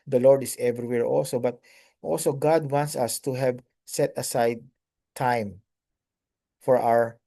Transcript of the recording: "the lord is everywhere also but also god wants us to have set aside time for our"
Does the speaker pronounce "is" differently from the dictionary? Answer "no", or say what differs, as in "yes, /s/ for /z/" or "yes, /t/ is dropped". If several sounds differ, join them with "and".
yes, /s/ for /z/